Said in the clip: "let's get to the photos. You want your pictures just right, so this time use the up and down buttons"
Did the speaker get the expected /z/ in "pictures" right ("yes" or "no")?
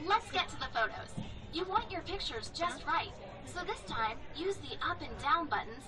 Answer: yes